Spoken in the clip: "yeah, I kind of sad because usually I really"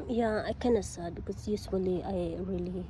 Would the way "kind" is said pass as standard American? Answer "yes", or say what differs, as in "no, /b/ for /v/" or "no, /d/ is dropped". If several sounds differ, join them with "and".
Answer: no, /d/ is dropped